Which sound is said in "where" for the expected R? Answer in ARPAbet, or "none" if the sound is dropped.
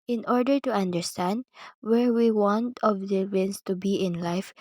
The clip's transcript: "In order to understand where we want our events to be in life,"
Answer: R